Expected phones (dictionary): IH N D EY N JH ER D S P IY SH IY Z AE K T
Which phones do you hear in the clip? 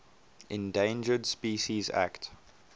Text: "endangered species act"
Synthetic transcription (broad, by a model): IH N D EY N JH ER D S P IY SH IY Z AE K T